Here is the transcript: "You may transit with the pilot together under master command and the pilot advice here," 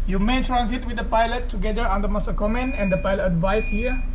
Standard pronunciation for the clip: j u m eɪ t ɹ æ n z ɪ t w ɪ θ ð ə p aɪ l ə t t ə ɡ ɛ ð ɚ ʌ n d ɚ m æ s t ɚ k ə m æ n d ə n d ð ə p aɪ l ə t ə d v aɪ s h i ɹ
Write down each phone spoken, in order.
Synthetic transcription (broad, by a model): j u m eɪ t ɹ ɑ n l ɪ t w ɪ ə p aɪ l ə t t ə ɡ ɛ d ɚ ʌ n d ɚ m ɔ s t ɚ k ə m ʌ n ə n d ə p aɪ l ə t ə d v aɪ s h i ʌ